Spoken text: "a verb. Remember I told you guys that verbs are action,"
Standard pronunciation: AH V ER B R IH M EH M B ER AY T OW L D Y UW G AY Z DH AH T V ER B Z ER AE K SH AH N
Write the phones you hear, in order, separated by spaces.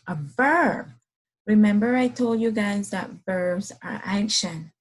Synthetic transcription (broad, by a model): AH V ER B R IH M EH M B ER AY T OW L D Y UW G AY Z DH AH T V ER B Z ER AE K SH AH N